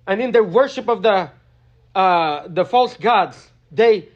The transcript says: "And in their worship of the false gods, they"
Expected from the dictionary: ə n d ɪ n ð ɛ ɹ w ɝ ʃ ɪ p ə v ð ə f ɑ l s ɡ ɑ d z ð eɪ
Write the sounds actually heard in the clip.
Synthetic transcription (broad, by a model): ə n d ɪ n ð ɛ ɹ w ɝ ʃ ɪ p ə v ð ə f ɑ l s ɡ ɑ d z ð eɪ